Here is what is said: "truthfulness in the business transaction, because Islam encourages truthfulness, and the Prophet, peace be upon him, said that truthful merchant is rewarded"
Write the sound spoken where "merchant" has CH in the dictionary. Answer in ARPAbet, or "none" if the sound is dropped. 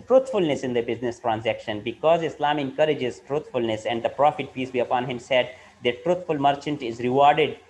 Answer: CH